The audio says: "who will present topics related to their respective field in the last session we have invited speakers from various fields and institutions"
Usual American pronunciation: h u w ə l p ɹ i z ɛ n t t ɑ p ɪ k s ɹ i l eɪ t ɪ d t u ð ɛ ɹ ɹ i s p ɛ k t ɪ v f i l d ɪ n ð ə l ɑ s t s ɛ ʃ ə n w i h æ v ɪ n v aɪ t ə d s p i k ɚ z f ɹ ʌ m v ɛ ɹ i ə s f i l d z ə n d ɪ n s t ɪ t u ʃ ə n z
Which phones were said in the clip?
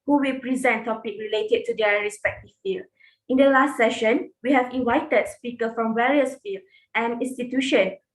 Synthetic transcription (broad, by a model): h u w ə l p ɹ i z ɛ n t t ɑ p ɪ k ɹ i l eɪ t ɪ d t u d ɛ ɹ ɹ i s p ɛ k t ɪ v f i l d ɪ n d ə l ɑ s t s ɛ ʃ ə n w i h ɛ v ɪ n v aɪ t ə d s p i k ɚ f ɹ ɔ m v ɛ ɹ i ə s f i l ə n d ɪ n s t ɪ t u ʃ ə n